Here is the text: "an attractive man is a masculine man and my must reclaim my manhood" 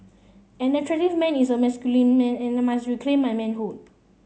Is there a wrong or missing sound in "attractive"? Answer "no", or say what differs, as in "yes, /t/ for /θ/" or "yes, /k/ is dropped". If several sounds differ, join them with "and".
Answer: yes, /k/ is dropped